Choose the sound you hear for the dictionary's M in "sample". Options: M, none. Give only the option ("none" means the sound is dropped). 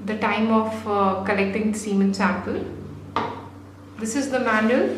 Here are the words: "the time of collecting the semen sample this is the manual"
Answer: none